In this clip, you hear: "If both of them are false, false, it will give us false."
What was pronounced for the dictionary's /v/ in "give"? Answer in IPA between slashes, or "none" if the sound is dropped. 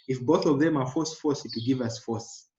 /v/